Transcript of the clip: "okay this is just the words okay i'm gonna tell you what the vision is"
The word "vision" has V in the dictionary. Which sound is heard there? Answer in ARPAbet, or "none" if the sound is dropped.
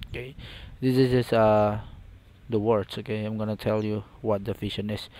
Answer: F